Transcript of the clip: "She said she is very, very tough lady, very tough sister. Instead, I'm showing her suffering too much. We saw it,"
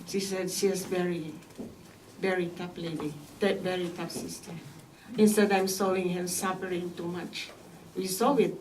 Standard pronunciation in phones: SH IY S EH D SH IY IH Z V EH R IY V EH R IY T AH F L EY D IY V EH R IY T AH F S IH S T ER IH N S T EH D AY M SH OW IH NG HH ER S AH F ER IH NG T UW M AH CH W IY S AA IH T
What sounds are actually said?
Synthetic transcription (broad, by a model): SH IY S EH D SH IY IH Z V EH R IY V EH R IY T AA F L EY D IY V EH R IY T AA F S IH S T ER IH N S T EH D AY M S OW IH NG HH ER S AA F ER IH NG T UW M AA CH W IY S AA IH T